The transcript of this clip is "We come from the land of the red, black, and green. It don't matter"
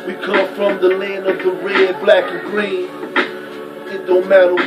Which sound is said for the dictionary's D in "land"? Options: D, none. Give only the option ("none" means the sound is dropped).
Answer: none